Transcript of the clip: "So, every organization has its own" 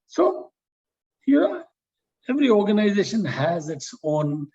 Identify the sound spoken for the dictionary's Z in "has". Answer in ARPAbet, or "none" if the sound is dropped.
Z